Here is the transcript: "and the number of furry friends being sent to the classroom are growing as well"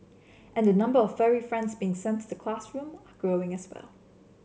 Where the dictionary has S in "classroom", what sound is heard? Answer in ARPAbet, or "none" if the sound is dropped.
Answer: S